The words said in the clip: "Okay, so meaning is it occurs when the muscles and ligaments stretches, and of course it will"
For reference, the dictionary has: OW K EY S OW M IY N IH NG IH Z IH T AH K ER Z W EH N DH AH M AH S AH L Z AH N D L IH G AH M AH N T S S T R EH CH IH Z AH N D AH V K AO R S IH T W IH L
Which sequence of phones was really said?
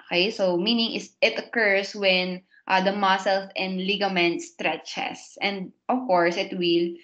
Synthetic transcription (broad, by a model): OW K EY S OW M IY N IH NG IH S IH T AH K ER S W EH N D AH M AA S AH L S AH N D L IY G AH M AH N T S S T R EH CH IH S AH N D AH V K AO R S IH T W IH L